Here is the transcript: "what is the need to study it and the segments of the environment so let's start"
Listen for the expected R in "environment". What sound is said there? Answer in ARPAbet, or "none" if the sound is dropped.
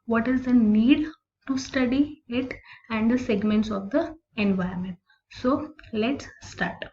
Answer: none